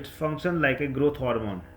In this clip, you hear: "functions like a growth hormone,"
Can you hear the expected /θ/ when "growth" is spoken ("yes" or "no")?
no